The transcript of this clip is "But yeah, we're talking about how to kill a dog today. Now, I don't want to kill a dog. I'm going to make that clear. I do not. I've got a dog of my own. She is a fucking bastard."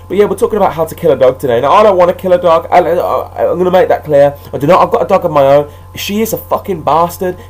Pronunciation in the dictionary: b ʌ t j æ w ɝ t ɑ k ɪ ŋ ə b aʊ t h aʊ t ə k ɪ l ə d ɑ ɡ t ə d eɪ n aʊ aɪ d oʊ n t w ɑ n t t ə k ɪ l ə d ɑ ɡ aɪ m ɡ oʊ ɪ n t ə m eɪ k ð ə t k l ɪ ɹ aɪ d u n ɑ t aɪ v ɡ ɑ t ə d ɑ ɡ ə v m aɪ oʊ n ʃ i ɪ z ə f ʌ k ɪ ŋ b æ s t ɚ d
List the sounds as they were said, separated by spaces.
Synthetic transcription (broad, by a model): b ʌ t j æ w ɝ t ɑ k ɪ ŋ ə b aʊ t h aʊ t ə k ɪ l ə d ɑ ɡ t ə d eɪ n aʊ aɪ d oʊ n t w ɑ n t t ə k ɪ l ə d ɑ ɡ aɪ m ɡ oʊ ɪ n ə m eɪ k ð ə t k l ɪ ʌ aɪ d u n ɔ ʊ aɪ v ɡ ɑ t ə d ɑ ɡ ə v m aɪ oʊ n ʃ i ɪ z ə f ʌ k ɪ ŋ b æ s t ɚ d